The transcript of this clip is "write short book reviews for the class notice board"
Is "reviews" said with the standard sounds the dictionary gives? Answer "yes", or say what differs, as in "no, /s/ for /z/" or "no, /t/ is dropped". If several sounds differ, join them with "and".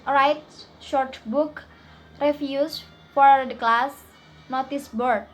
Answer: no, /f/ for /v/ and /s/ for /z/